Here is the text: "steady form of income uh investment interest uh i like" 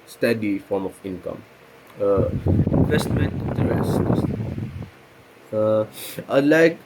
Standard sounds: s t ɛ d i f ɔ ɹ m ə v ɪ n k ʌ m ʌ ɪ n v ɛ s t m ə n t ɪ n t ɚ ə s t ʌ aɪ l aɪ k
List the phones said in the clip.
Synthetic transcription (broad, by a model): s t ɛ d i f ɔ ɹ m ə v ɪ n k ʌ m ʌ ɪ n v ɛ s t m ə n t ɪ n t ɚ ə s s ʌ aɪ l aɪ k